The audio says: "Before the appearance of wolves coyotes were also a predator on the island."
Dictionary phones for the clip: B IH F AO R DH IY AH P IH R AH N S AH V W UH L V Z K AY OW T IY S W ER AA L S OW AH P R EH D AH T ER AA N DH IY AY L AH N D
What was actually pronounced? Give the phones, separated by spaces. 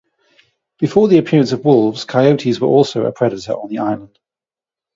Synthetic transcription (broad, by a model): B IH F AO DH IY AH P IH R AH N S AH V W UH L V Z K AY OW T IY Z W ER AA L S OW AH P R EH D AH T ER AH N DH IY AY L AH N D